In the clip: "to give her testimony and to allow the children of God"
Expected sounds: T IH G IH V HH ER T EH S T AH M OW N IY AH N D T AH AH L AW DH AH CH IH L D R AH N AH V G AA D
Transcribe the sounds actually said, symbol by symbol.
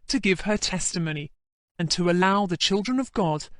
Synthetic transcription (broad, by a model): T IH G IH V ER T EH S T AH M OW N IY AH N T AH AH L AW DH AH CH IH L D R AH N AH V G AA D